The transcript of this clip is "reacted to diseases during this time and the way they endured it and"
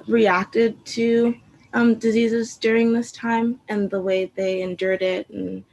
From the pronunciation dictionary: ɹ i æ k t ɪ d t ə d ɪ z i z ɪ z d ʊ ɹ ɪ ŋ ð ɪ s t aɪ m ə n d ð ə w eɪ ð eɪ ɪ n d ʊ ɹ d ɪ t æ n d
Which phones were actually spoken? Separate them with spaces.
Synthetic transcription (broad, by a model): ɹ i æ k t ɪ d t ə d ɪ z i z ɪ z d ʊ ɹ ɪ ŋ ð ɪ s t aɪ m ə n ð ə w eɪ ð eɪ ɪ n d ʊ ɹ d ɪ t n